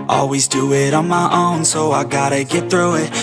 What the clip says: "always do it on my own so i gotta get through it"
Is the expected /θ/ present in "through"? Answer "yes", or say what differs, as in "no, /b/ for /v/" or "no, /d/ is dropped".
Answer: yes